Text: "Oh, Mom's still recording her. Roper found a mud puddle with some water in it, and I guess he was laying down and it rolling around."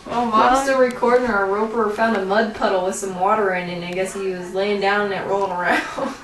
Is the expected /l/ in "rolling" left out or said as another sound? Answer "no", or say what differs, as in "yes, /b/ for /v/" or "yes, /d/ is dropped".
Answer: yes, /l/ is dropped